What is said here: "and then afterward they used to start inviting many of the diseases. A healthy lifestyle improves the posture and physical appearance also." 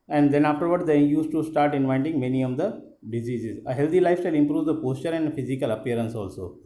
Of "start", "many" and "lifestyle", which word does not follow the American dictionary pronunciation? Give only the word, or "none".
lifestyle